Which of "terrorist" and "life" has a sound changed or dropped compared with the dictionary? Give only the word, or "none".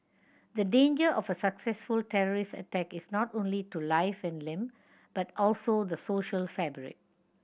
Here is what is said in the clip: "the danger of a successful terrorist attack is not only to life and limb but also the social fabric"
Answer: none